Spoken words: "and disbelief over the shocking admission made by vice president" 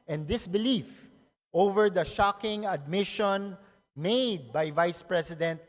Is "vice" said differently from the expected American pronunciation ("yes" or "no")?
no